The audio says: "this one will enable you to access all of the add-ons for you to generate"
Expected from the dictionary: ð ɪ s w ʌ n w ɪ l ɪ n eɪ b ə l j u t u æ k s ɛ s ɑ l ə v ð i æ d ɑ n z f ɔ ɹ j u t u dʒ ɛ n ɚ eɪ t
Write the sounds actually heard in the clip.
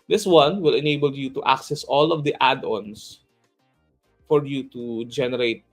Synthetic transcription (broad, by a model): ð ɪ s w ʌ n w ɪ l ɪ n eɪ b ə l j u t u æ k s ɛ s ɑ l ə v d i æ d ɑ n s f ɔ ɹ j u t u dʒ ɛ n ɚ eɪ t